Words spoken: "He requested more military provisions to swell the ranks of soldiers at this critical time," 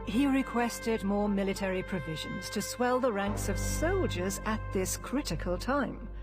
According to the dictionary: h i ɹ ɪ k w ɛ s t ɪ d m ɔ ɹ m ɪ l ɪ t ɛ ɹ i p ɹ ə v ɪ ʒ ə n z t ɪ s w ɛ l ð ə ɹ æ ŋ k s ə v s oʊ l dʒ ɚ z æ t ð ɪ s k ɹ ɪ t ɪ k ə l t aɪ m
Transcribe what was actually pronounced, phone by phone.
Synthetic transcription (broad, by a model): h i ɹ ɪ k w ɛ s t ɪ d m ɔ ɹ m ɪ l ɪ t ɛ ɹ i p ɹ ə v ɪ ʒ ə n z t ɪ s w ɛ l ð ə ɹ æ ŋ k s ə v s oʊ l dʒ ɚ z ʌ t ð ɪ s k ɹ ɪ t ɪ k ə l t aɪ m